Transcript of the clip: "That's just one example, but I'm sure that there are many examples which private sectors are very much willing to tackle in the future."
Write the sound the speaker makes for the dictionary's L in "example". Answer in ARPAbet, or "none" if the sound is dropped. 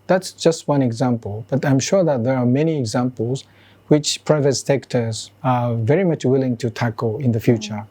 L